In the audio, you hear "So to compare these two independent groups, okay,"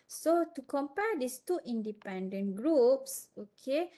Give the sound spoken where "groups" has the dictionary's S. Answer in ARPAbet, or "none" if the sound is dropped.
S